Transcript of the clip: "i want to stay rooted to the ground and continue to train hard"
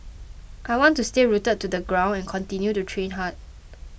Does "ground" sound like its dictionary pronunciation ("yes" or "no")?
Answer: no